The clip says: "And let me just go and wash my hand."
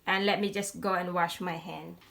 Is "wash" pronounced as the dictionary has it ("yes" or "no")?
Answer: yes